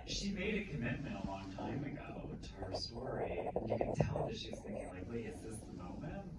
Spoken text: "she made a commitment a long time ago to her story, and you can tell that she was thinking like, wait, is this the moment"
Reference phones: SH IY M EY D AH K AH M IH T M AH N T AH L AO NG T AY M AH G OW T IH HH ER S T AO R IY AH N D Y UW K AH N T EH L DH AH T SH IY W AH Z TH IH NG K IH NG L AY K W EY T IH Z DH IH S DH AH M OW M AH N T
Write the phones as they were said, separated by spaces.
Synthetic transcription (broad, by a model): SH IY M EY D AH K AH M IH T M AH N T AH L AO NG T AY M AH G OW T IH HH ER S T AO R IY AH N Y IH K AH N T EH L DH AH T SH IY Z TH IH NG K IH NG L AY K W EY IH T DH IH S DH AH M OW M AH N T